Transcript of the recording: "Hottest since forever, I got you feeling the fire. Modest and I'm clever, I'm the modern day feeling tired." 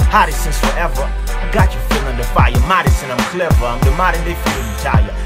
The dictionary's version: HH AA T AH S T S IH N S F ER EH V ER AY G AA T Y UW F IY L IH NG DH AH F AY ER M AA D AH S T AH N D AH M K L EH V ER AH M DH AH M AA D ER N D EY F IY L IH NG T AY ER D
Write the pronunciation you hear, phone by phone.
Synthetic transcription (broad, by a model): HH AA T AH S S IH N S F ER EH V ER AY G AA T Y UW F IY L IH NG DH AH F AY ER M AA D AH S AH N AH M K L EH V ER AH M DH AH M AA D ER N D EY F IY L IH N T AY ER